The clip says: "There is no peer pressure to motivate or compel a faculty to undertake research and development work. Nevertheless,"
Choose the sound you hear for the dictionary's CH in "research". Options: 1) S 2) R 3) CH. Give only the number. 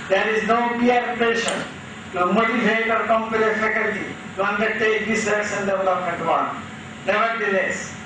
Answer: 1